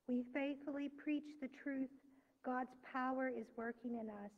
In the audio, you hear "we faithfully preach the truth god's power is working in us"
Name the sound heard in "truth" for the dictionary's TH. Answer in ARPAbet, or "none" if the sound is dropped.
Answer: TH